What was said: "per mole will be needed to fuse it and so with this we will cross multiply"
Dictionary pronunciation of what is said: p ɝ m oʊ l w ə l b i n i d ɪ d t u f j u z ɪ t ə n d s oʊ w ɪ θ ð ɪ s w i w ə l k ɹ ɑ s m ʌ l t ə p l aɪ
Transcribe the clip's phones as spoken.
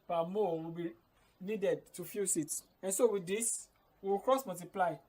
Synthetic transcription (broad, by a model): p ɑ m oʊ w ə b i n i d ɪ d t u f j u s ɪ t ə n s oʊ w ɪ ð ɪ s w i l k ɹ ɑ s m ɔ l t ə p l aɪ